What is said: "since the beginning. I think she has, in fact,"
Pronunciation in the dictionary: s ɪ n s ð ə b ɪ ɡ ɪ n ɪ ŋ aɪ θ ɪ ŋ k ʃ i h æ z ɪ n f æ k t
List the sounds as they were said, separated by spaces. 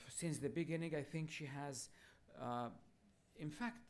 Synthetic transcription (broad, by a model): s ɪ n s ð ə b ɪ ɡ ɪ n ɪ ŋ aɪ θ ɪ ŋ k ʃ i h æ z ɪ n f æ k t